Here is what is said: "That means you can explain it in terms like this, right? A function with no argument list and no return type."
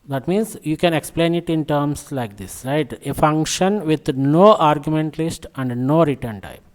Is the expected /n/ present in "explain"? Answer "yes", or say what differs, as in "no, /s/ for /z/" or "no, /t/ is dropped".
yes